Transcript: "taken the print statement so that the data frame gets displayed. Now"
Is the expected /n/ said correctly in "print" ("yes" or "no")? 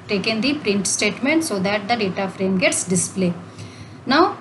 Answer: yes